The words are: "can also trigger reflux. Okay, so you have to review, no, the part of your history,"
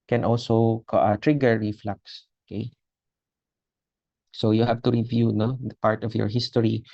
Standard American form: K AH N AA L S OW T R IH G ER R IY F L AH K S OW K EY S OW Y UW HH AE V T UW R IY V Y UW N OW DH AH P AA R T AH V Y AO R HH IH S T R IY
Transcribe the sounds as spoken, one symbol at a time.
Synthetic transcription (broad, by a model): K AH N AA L S OW T R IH G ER R IY F L AH K S OW K EY S OW Y UW HH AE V T UW R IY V Y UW N OW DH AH P AA R T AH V Y AO R HH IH S T R IY